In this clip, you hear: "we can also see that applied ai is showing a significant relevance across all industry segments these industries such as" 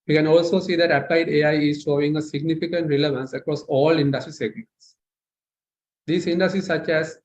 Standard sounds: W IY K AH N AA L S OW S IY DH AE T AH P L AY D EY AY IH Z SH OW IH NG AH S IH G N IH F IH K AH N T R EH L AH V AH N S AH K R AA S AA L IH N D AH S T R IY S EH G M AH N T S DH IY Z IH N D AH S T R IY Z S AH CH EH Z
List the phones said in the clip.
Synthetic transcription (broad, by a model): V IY K AH N AA L S OW S IY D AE T AH P L AY D EY AY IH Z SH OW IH NG AH S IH G N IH F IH K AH N T R EH L AH V AH N S AH K R AA S AA L IH N D AH S T R IY S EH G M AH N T S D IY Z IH N D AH S T R IY S AH CH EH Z